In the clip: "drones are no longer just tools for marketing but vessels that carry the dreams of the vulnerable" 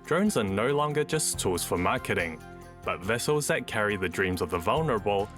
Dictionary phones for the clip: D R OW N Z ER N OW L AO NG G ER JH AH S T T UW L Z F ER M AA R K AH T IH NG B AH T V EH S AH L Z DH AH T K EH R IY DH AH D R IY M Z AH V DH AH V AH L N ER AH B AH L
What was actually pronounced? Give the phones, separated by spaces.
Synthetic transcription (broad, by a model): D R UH N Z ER N OW L AO NG G ER JH AH S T T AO Z F ER M AA R K AH T IH NG B AH T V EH S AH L Z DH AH T K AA R IY DH AH D R IY M Z AH V DH AH V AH L N ER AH B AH L